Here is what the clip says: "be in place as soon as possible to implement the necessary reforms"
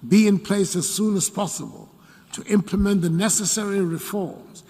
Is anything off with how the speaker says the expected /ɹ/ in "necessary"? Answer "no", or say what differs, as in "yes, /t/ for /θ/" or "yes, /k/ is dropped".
no